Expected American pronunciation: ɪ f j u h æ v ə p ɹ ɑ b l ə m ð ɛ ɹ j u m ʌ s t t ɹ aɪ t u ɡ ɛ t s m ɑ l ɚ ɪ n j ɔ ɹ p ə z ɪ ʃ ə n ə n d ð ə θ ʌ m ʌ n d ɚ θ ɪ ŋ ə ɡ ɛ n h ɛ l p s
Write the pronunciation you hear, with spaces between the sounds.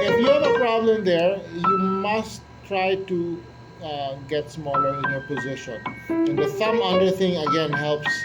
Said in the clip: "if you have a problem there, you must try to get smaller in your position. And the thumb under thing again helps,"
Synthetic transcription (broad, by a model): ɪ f j u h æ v ə p ɹ ɑ b l ə m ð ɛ ɹ j u m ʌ s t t ɹ aɪ t u ɡ ɛ t s m ɑ l ɚ ɪ n j ɔ ɹ p ə z ɪ ʃ ə n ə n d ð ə s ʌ m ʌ d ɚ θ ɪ ŋ ə ɡ ɛ n h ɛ l p s